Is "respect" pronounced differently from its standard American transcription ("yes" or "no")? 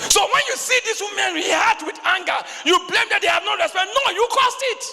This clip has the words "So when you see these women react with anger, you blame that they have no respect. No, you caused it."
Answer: yes